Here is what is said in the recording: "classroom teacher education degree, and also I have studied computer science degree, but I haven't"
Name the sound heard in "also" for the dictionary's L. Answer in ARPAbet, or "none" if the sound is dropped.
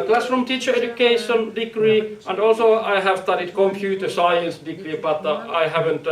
L